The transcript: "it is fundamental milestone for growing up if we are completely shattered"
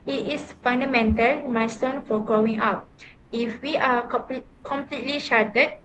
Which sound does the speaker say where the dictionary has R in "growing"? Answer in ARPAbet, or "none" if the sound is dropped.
none